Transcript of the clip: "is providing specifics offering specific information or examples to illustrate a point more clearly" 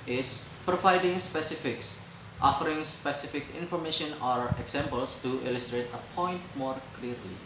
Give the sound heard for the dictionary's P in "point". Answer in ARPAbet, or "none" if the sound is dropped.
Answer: P